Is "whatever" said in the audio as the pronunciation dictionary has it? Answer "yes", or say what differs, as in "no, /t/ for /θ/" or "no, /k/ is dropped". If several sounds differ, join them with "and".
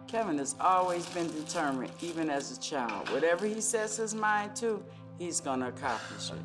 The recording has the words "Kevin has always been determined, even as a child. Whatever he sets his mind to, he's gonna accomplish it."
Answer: yes